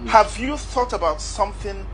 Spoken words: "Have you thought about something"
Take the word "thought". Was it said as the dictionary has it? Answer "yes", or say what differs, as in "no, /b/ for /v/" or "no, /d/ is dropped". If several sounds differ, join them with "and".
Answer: yes